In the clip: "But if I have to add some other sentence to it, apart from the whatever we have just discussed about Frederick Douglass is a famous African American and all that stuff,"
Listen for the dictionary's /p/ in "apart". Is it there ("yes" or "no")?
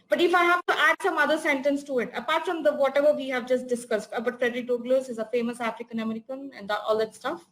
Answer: yes